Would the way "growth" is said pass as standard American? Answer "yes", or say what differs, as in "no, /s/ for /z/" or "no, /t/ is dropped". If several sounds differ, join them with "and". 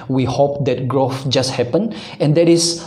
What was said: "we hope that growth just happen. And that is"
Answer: no, /f/ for /θ/